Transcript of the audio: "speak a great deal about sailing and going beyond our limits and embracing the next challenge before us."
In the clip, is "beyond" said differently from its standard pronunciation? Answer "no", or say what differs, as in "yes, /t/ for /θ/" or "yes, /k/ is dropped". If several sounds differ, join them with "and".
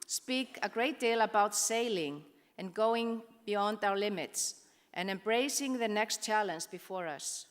no